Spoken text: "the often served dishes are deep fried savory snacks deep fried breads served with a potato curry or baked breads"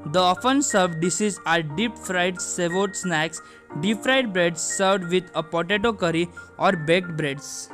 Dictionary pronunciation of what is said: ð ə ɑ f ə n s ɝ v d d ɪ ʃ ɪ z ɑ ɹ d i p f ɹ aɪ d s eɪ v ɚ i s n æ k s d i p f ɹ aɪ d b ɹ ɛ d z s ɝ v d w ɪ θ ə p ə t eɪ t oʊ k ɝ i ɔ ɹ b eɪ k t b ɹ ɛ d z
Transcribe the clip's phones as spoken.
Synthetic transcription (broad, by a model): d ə ɑ f ə n s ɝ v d d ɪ s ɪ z ɑ ɹ d i p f ɹ aɪ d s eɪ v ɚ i s n æ k s d i p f ɹ aɪ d b ɹ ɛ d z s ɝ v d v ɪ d ə p ə t eɪ t oʊ k ɝ i ɔ ɹ b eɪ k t b ɹ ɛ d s